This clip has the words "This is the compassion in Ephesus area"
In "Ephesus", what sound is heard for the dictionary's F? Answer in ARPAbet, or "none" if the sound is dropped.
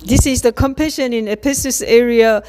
P